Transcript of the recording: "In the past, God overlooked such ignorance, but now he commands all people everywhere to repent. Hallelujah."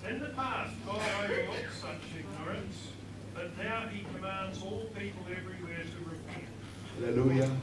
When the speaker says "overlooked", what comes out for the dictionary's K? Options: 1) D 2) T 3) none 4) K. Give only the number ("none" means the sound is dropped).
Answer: 3